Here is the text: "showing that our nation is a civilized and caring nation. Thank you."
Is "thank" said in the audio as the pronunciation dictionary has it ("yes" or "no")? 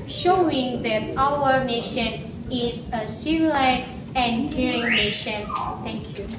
no